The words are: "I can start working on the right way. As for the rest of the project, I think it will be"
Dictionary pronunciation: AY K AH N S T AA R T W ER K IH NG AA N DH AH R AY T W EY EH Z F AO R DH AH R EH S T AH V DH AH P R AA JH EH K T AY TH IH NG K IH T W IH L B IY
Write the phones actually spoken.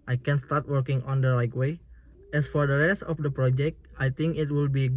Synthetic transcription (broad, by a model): AY K AH N S T AA R T W ER K IH NG AA N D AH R AY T W EY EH S F AO R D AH R EH S T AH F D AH P R AA JH EH K T AY T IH NG K IH T W IH L B IY